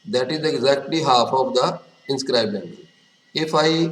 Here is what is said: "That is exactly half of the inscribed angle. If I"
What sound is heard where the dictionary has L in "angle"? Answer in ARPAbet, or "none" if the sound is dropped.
N